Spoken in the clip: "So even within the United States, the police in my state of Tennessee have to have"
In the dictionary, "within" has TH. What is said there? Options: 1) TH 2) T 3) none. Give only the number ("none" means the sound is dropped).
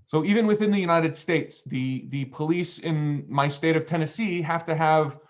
1